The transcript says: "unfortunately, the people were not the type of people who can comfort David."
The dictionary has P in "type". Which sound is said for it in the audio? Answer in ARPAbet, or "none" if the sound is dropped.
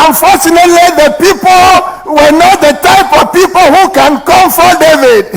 P